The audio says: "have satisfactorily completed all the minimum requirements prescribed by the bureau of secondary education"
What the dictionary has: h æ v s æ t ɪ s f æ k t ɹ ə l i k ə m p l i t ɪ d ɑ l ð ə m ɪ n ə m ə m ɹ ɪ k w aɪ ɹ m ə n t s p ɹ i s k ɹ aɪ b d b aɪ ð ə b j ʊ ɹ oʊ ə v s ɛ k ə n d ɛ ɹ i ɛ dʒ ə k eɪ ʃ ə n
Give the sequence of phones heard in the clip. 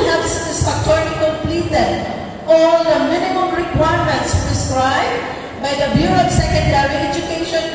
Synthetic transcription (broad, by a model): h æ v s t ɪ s ɑ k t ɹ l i k ə m p l i t ɪ d ɑ l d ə m ɪ n ə m ə m ɹ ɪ k w aɪ ɹ m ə n t s p ɹ i s k ɹ aɪ b d b aɪ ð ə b j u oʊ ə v s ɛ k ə n d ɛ ɹ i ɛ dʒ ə k eɪ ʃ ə n